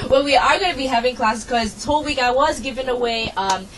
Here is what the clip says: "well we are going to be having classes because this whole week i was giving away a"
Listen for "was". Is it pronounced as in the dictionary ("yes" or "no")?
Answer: yes